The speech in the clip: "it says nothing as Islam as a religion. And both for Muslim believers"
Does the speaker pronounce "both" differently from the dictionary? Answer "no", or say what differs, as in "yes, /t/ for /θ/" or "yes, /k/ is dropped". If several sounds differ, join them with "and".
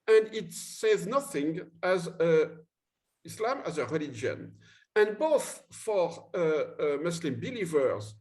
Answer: no